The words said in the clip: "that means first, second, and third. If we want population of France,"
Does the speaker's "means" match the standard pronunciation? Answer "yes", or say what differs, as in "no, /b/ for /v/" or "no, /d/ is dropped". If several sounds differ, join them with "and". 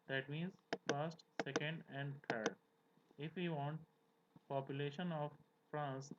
yes